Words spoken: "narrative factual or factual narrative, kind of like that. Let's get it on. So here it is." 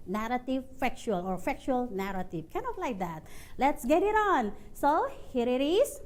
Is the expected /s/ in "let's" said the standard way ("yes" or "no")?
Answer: yes